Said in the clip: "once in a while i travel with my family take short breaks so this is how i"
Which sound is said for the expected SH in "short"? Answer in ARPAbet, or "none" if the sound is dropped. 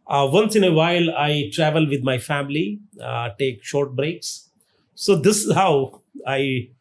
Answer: SH